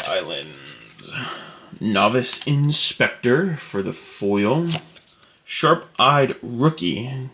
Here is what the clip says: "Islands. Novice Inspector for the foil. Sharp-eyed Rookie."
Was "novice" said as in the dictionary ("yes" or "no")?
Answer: yes